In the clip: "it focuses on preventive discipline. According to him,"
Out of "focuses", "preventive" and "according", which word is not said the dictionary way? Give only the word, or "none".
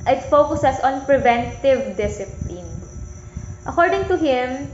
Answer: focuses